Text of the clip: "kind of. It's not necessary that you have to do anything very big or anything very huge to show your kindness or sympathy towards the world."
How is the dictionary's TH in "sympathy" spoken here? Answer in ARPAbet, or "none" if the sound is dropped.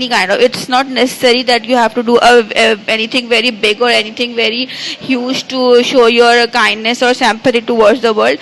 T